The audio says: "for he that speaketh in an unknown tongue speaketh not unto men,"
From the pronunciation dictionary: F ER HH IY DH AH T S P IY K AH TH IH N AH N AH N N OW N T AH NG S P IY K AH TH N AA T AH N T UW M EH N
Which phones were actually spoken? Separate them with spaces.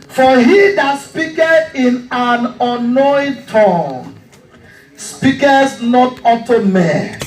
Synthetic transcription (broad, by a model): F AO HH IY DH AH T S P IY K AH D IH N AH N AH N N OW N T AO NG S P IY K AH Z N AA T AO T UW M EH